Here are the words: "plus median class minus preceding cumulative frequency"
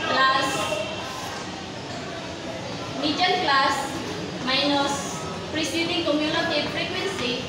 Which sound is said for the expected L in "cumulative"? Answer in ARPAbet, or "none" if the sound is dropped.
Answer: N